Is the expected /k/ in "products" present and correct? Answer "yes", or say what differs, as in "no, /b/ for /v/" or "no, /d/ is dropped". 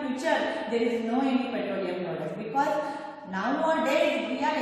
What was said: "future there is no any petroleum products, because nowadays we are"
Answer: no, /k/ is dropped